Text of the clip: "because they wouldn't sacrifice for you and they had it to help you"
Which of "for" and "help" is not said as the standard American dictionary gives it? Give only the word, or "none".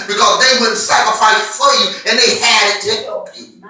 help